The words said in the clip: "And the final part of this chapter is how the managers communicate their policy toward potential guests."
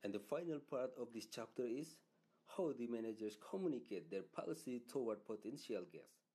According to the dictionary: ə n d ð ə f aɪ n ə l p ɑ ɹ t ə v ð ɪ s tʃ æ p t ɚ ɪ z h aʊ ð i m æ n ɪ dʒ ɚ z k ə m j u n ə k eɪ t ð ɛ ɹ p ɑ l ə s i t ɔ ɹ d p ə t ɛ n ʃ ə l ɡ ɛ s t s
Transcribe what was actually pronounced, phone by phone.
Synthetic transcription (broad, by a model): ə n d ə f aɪ n ə l p ɑ ɹ t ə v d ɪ s tʃ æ p t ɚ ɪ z h aʊ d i m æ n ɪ dʒ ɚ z k ə m j u n ə k eɪ t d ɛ ɹ p ɑ l ə s i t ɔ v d p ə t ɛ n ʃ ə l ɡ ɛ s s